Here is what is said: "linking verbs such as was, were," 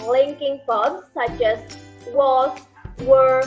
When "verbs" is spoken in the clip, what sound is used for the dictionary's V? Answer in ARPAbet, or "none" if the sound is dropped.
P